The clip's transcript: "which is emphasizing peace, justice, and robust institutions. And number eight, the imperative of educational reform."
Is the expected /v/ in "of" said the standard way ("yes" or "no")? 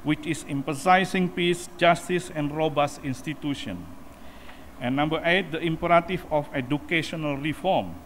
no